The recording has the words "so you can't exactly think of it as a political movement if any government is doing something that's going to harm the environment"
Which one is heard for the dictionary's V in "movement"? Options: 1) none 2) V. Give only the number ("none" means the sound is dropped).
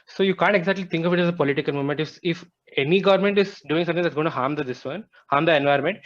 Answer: 1